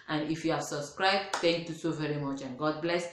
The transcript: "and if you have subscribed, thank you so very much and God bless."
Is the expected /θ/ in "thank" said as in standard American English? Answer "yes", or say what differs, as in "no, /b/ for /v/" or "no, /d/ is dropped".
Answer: no, /t/ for /θ/